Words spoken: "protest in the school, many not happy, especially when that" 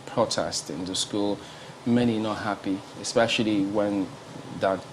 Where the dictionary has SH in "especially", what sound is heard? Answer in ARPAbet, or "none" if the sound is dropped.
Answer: SH